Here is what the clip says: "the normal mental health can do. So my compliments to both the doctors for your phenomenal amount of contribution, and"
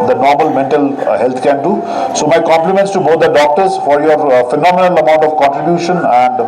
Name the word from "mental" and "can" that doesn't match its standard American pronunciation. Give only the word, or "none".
none